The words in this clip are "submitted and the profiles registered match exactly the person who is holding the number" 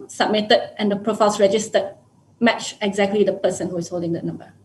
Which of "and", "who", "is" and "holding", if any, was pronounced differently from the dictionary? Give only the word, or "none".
is